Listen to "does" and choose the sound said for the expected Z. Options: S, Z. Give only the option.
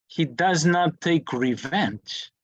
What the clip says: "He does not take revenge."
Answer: Z